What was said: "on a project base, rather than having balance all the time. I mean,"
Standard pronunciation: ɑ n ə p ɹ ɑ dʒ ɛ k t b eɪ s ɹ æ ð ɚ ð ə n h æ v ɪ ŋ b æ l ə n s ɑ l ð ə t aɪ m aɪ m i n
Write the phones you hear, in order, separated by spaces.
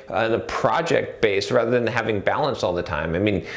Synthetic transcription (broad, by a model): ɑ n ə p ɹ ɑ dʒ ɛ k t b eɪ s ɹ æ ð ɚ ð ə n h æ v ɪ ŋ b æ l ə n s ɑ l ð ə t aɪ m aɪ m i n